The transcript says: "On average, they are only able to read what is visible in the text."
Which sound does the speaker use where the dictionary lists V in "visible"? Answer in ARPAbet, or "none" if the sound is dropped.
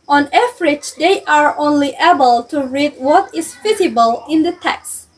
F